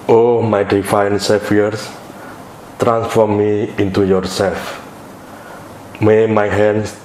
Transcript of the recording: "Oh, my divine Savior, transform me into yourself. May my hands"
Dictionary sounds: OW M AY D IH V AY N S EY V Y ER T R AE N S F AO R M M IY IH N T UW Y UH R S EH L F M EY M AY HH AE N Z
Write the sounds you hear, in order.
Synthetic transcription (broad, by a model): OW M AY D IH F AY N S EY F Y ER T R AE N S F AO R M M IY IH N T UW Y UH R S EH L F M EY M AY HH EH N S